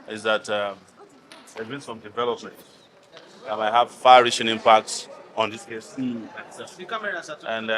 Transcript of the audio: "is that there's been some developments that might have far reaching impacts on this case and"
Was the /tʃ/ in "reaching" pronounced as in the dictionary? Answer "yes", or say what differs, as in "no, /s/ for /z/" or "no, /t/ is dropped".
no, /ʃ/ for /tʃ/